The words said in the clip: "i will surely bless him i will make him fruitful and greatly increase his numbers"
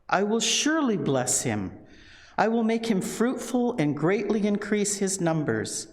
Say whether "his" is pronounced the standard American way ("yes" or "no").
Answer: yes